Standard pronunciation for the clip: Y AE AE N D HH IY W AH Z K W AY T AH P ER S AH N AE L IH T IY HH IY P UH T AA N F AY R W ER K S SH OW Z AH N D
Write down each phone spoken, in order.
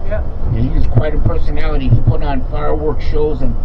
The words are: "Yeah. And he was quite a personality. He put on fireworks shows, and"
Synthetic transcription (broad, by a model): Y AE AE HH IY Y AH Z K W AY T AH P ER S AH N AE L IH T IY HH IY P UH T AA N F AY R W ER K SH OW Z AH N